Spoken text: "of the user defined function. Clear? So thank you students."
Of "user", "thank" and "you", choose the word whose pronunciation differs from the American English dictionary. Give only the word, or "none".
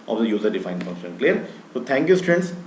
thank